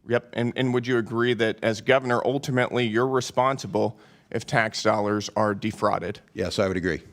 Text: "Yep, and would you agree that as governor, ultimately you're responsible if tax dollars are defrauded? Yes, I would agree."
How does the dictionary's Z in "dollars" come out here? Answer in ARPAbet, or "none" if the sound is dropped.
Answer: Z